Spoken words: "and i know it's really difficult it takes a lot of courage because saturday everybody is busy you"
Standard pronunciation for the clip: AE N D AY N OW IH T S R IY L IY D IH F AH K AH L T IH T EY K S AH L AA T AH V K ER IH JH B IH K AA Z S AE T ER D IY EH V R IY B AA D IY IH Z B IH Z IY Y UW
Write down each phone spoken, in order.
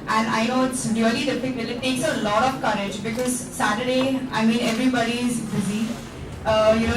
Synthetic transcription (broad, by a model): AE N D AY N OW IH T S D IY L IY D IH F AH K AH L IH T EY K S AH L AA T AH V K ER IH JH B IH K AA Z S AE T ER D IY EH V R IY B AA D IY IH Z B IH Z IY Y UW